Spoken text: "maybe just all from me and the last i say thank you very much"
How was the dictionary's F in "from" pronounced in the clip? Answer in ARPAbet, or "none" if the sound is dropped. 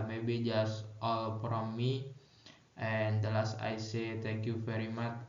P